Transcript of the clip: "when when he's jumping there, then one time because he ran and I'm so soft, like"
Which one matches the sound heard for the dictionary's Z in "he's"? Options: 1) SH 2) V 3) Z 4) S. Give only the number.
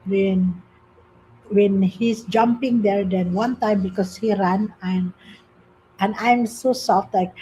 4